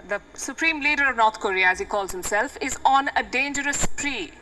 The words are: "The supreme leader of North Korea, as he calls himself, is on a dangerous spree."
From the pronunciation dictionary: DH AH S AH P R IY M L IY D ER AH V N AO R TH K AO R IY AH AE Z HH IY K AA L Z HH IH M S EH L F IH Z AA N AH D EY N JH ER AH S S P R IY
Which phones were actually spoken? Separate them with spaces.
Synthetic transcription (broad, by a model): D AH S AH P R IY M L IY D ER AH V N AO R T K AO R IY AH AE Z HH IY K AA L Z HH IH M S EH L F IH Z AA N AH D EY N JH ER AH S S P R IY